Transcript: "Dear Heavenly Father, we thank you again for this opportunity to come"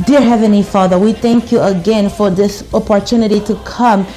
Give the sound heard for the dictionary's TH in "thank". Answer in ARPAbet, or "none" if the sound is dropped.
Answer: TH